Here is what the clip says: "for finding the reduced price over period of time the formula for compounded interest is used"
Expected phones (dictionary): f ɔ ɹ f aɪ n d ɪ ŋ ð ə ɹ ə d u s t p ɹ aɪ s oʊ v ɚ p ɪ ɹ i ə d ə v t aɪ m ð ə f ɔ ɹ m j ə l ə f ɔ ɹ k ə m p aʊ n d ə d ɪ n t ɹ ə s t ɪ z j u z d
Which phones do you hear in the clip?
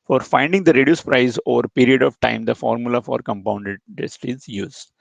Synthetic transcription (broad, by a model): f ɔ ɹ f aɪ n d ɪ ŋ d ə ɹ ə d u s p ɹ aɪ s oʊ v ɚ p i ɹ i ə d ə v t aɪ m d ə f ɔ ɹ m j ə l ə f ɔ ɹ k ə m p aʊ n d ə d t ə s t ɪ z j u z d